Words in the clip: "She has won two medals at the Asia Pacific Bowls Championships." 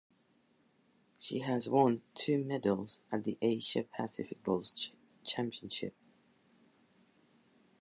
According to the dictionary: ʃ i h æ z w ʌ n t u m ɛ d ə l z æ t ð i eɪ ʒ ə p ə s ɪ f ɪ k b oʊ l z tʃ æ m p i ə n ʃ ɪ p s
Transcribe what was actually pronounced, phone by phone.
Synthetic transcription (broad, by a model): ʃ i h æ z w ʌ n t u m ɛ d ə l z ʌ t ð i eɪ ʃ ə p ə s ɪ f ɪ k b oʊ l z tʃ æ m p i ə n ʃ ɪ p